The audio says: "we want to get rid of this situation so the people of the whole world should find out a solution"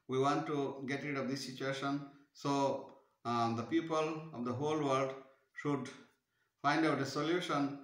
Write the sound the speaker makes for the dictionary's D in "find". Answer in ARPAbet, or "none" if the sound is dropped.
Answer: D